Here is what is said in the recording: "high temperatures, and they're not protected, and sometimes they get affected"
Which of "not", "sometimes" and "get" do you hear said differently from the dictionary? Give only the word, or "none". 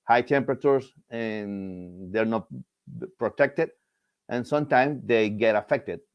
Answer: sometimes